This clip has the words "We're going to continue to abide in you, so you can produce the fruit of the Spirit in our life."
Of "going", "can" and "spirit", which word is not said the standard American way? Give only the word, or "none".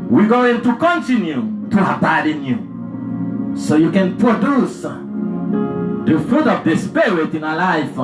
spirit